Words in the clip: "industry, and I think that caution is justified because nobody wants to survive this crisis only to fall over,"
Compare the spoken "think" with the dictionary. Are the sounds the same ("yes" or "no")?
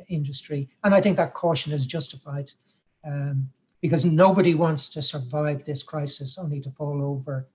yes